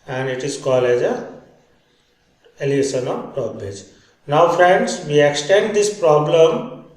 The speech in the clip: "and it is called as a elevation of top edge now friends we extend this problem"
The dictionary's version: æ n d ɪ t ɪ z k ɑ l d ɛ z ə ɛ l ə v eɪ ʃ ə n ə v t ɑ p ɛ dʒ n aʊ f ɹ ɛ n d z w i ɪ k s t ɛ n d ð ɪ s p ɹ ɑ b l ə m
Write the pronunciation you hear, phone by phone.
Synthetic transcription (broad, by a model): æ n d ɪ t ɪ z k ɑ l ɛ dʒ ə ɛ l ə eɪ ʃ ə n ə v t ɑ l ɛ dʒ n aʊ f ɹ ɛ n d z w i ɪ k s t ɛ n d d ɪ s p ɹ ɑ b l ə m